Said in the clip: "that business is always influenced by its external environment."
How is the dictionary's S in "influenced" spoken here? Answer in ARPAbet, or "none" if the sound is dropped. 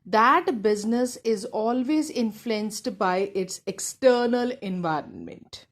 S